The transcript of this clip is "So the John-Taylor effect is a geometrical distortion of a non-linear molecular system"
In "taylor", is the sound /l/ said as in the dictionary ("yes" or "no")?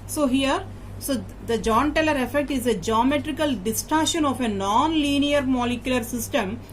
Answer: yes